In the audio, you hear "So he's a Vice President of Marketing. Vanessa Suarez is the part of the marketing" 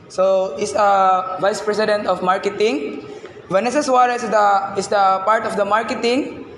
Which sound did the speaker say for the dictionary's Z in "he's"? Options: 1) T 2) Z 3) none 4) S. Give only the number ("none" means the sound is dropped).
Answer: 4